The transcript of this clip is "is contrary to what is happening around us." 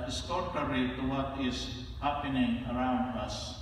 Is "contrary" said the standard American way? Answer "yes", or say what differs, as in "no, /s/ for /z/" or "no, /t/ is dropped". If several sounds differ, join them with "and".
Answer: no, /n/ is dropped and /ɹ/ is dropped